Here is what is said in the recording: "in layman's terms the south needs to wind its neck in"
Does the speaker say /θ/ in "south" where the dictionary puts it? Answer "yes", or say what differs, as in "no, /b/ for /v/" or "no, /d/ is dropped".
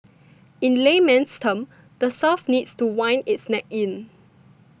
no, /f/ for /θ/